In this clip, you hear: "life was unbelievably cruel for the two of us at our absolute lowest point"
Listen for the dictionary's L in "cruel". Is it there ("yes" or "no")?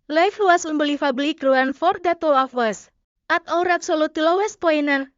no